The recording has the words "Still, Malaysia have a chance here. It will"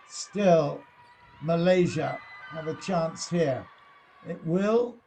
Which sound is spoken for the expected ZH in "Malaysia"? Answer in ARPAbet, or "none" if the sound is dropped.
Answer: ZH